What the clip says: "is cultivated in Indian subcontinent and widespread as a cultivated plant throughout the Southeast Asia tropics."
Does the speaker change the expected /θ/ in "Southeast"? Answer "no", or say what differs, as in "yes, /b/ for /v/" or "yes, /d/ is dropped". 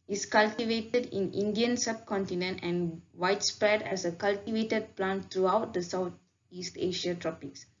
yes, /t/ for /θ/